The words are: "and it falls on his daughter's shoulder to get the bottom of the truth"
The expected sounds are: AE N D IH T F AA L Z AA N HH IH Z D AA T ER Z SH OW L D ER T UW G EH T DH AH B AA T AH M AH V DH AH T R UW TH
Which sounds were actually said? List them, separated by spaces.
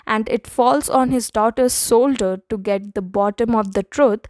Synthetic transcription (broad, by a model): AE N D IH T F AA L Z AA N HH IH Z D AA T ER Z S OW L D ER T UW G EH T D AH B AA T AH M AH V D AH T R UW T